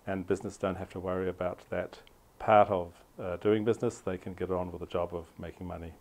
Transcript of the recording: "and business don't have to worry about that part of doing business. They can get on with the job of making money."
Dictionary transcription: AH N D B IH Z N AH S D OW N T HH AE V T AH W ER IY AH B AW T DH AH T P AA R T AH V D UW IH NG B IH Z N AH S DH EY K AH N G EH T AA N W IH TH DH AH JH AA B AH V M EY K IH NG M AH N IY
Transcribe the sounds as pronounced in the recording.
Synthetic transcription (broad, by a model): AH N B IH Z N AH S D OW N T HH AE F T AH W ER IY AH B AW T DH AH T P AA R T AH V D UW IH NG B IH Z N AH S DH EY K AH N G EH T N W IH DH AH JH AA B AH V M EY K IH NG M AH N IY